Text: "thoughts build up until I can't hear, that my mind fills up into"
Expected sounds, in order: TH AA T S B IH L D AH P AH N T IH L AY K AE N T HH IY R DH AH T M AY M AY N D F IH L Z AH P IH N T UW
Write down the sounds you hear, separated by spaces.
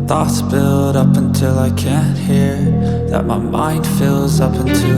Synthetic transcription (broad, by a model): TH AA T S B IH L D AH P AH N T IH L AY K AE N HH IY R DH AH T M AY M AY N D F IH L Z AH P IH N T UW